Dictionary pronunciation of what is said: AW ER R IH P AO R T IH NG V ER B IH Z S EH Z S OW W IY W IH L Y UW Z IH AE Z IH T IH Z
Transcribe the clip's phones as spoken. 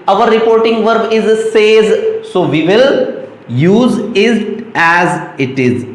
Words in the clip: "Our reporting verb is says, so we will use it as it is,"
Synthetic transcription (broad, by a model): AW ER R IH P AO R T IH NG V ER B IH Z S EH Z S OW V IY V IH L Y UW Z IH AE Z IH T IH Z